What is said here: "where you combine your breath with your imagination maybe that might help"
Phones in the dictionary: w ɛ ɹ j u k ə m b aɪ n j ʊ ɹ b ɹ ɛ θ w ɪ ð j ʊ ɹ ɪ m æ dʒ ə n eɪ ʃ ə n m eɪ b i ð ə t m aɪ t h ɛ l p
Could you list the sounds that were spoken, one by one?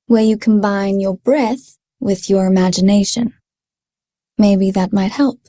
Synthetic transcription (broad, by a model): w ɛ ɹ j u k m b aɪ n j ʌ ɹ b ɹ ɛ θ w ɪ ð j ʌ ɹ ɪ m æ dʒ ə n eɪ ʃ ə n m eɪ b i ð ə t m aɪ t h ɛ l p